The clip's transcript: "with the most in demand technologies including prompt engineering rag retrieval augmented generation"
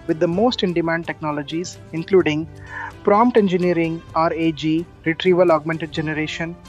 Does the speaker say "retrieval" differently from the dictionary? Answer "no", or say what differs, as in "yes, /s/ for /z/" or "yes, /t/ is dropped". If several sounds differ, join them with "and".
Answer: no